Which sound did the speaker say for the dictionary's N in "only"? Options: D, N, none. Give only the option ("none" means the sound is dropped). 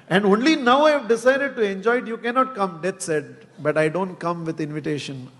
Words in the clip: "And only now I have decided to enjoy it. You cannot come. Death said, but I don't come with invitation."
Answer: N